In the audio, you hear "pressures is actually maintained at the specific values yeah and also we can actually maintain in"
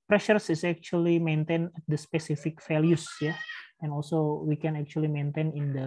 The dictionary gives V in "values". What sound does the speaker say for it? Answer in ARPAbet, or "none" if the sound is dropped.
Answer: F